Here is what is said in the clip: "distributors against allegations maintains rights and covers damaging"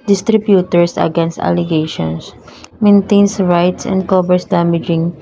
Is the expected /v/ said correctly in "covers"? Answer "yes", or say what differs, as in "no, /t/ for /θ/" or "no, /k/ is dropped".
no, /b/ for /v/